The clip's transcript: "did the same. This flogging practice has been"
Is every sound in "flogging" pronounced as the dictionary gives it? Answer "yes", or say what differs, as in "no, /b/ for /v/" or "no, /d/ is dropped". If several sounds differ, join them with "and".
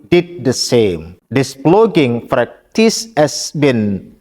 no, /p/ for /f/